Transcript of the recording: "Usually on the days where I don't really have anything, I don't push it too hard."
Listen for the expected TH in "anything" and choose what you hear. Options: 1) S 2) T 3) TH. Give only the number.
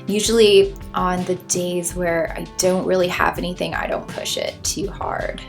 3